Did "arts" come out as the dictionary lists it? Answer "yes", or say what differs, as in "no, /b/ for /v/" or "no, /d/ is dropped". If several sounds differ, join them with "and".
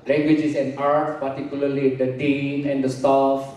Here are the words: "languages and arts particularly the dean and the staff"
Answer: yes